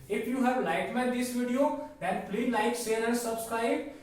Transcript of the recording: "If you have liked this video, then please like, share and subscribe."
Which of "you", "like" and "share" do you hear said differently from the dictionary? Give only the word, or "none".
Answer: share